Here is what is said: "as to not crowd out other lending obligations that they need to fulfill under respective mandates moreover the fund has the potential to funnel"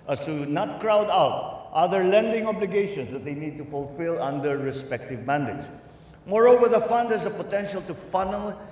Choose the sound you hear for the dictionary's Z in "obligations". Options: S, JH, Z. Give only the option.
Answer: S